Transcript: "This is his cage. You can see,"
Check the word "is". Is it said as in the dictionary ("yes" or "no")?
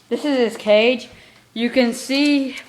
yes